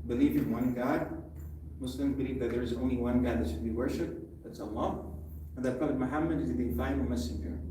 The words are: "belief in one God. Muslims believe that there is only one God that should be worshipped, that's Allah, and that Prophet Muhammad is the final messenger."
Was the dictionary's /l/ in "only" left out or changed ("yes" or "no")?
no